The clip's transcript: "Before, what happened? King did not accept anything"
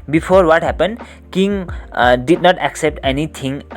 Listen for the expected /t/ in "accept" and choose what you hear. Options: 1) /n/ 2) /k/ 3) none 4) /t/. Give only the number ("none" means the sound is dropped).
4